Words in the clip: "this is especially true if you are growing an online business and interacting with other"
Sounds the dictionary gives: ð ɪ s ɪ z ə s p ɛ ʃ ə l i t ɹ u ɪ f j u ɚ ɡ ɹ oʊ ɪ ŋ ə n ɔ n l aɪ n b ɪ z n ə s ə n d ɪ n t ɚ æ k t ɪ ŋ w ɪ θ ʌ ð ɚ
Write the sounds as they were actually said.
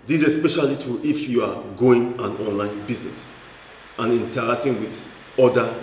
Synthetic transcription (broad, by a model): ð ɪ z ə s p ɛ ʃ ə l i t u ɪ f j u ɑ ɡ oʊ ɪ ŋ ə n ɔ n l aɪ n b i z n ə s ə n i n t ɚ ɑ k t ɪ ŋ w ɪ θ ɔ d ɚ